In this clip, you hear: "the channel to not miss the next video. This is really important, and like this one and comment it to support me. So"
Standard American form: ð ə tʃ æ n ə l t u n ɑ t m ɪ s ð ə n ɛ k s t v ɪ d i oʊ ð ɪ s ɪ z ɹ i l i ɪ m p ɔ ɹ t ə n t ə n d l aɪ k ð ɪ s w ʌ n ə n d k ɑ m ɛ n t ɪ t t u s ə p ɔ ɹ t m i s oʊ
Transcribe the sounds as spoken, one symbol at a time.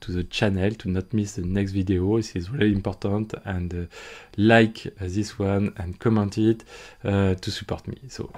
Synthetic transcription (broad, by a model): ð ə tʃ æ n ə l t u n ɑ t m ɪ s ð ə n ɛ k s t v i d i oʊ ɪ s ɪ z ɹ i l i ɪ m p ɔ ɹ t ə n t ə n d l aɪ k ð ɪ s w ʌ n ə n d k ɑ m ɛ n t ɪ t t u s ə p ɔ ɹ t m i s oʊ